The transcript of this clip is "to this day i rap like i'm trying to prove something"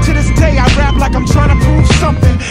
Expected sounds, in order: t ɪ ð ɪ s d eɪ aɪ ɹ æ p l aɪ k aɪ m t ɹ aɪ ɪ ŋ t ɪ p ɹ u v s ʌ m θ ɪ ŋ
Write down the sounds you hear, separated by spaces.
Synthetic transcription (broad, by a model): t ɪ ð ɪ s d eɪ aɪ ɹ æ p l aɪ k aɪ m t ɹ aɪ ɪ ŋ t ɪ p u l s ʌ m θ ɪ ŋ